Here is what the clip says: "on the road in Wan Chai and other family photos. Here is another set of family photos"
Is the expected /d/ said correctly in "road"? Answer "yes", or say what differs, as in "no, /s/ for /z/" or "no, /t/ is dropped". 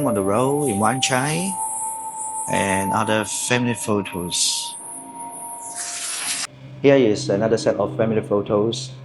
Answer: no, /d/ is dropped